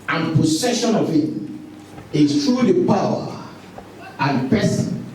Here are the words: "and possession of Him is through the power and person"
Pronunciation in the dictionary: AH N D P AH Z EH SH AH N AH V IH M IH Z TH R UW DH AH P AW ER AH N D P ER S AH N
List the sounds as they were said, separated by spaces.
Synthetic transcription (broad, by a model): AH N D P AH S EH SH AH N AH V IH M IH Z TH R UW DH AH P AW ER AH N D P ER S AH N